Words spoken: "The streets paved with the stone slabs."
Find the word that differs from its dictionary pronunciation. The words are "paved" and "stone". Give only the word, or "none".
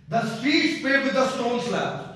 paved